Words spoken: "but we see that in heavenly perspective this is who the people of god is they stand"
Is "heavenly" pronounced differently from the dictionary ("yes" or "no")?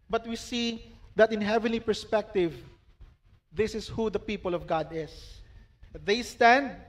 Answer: no